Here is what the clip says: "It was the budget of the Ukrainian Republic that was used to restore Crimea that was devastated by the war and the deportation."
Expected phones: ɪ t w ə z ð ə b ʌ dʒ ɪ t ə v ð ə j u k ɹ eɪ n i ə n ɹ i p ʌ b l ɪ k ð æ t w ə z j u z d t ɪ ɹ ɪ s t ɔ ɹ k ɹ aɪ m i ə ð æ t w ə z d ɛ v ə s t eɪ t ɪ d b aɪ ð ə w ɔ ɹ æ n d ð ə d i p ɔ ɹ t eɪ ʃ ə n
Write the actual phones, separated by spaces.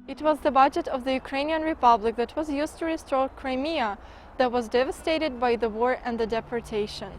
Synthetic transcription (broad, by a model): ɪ t w ə z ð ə b ʌ dʒ ɪ t ə v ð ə j u k ɹ eɪ n i ə n ɹ i p ʌ b l ɪ k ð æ t w ə z j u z t ɪ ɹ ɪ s t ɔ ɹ k ɹ aɪ m i ə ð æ t w ə z d ɛ v ə s t eɪ t ɪ d b aɪ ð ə w ɔ ɹ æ n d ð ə d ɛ p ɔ ɹ t eɪ ʃ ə n